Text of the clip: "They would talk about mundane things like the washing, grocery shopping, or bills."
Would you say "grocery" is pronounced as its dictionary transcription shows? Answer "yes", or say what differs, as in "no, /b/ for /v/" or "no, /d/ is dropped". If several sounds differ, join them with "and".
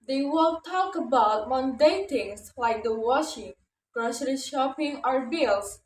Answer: no, /ʃ/ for /s/